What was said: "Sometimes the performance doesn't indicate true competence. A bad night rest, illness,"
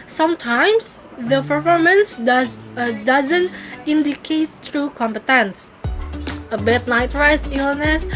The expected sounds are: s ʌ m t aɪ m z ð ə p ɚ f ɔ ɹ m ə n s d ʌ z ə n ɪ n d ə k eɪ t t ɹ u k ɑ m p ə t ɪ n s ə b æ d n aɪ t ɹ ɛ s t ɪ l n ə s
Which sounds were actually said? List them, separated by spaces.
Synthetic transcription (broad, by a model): s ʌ m t aɪ m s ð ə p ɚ f ɔ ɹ m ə n s d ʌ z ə n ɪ n d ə k eɪ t t ɹ u k ɑ m p ə t ɪ n s ə b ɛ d n aɪ t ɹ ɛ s ɪ l n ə s